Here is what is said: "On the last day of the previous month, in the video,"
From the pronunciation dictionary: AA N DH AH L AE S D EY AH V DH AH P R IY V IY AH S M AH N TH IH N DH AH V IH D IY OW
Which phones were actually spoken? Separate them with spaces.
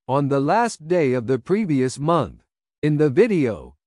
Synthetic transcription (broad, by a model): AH N DH AH L AE S D EY AH V DH AH P R IY V IY AH S M AH N TH IH N DH AH V IH D IY OW